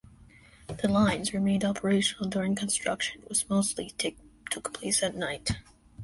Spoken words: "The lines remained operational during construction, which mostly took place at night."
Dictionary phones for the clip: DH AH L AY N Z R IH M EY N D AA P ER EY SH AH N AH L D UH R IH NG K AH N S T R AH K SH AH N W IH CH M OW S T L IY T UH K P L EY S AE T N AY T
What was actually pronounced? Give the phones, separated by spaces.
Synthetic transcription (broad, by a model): DH AH L AY N Z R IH M EY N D AA P ER EY SH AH N L D UH R IH NG K AH N S T R AH K SH AH N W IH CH M OW S T L IY T UH K P L EY S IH T N AY T